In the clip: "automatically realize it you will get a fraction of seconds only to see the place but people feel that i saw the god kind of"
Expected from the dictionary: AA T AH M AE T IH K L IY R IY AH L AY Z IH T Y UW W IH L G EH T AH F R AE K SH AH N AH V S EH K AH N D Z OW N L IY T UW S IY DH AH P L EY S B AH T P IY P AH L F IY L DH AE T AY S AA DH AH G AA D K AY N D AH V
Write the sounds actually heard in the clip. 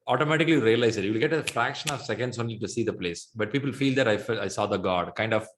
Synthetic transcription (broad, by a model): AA T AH M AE T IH K L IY R IY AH L AY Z IH T Y UW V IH L G EH T AH F R AE K SH AH N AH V S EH K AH N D S OW N L IY T UW S IY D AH P L EY S B AH T P IY P AH L F IY L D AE T AY S AA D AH G AA D K AY N D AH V